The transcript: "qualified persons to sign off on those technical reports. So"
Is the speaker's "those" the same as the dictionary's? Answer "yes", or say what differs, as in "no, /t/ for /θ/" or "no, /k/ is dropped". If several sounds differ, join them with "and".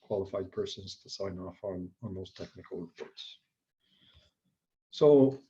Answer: no, /s/ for /z/